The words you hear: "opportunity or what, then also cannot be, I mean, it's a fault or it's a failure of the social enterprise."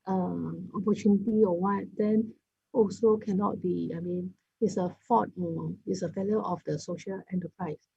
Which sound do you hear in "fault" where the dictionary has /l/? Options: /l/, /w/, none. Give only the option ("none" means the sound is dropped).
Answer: none